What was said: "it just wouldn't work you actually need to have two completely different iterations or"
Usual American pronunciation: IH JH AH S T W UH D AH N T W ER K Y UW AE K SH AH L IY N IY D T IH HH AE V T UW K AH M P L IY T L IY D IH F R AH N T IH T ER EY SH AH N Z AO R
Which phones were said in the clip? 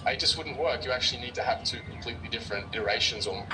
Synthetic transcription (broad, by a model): IH JH AH S T W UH D N T W ER K Y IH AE K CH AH L IY N IY D T IH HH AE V T UW K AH M P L IY T L IY D IH F R AH N T IH T ER EY SH AH N Z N